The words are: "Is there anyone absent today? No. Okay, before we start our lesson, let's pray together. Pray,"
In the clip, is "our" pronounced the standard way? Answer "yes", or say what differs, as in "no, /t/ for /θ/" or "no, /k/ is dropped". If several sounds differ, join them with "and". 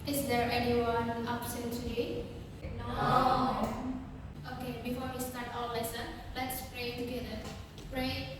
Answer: no, /l/ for /ɹ/